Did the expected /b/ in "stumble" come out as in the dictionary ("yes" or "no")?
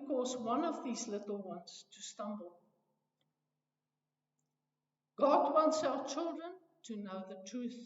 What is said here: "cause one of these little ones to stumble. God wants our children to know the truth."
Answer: yes